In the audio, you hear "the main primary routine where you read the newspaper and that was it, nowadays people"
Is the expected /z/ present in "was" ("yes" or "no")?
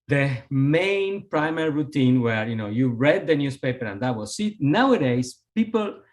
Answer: no